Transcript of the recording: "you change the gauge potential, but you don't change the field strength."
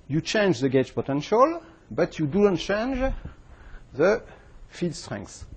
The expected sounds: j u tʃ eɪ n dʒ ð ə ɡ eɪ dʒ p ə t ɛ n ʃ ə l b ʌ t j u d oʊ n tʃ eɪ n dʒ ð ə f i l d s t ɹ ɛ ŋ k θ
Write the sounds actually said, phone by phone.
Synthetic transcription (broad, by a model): j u tʃ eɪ n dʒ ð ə ɡ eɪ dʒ p ə t ɛ n ʃ ə l b ʌ t j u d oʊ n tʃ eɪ n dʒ ð ə f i d s t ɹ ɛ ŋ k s